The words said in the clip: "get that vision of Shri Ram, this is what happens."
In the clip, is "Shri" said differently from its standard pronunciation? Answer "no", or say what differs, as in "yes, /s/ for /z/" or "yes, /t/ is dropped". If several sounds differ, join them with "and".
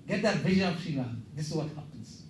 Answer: yes, /ɹ/ is dropped